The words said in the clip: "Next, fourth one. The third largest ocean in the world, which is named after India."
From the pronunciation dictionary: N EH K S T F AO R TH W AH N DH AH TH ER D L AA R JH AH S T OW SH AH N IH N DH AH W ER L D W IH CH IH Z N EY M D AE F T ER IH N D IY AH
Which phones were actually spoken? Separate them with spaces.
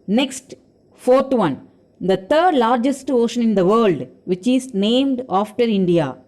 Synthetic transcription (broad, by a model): N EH K S T F AO R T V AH N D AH T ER D L AA R JH AH S T OW SH AH N IH N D AH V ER L D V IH CH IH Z N EY M D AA F T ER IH N D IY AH